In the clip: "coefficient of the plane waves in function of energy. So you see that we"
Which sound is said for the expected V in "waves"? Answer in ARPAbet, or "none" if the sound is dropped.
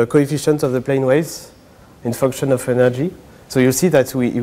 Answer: none